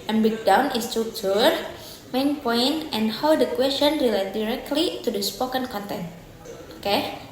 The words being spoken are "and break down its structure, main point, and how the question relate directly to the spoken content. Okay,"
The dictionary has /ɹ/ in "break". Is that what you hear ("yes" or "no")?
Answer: no